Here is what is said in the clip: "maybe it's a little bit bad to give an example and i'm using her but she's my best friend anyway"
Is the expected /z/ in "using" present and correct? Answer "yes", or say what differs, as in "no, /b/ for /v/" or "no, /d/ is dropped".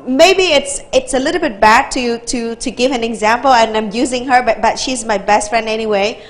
yes